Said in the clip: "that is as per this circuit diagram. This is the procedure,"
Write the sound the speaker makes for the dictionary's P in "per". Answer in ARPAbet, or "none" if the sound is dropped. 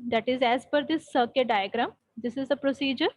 F